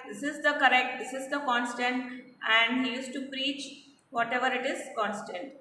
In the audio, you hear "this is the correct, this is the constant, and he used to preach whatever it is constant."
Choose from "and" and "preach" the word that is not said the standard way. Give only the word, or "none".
none